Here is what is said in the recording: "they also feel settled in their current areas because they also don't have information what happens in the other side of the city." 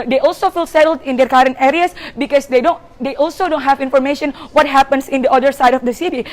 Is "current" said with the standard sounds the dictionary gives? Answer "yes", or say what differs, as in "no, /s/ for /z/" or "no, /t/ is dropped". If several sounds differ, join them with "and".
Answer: yes